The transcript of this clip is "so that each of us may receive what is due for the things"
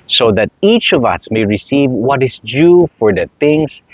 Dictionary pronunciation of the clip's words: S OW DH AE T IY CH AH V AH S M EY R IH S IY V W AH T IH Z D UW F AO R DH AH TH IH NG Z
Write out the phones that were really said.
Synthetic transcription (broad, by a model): S OW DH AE T IY CH AH V AH S M EY R IH S IY V W AH T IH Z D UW F AO R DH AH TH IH NG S